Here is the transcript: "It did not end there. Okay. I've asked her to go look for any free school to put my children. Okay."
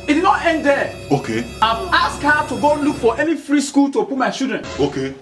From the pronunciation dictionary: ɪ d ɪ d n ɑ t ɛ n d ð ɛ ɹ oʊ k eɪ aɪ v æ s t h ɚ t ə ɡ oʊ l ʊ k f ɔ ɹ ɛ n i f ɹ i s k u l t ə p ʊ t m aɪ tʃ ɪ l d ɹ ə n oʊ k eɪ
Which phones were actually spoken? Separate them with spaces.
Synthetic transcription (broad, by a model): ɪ d ɪ d n ɑ t ɛ n d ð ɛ oʊ k eɪ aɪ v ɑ s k h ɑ t ə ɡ oʊ l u k f ɔ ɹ ɛ n i f ɹ i s k u l t ə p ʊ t m aɪ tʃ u d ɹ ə n oʊ k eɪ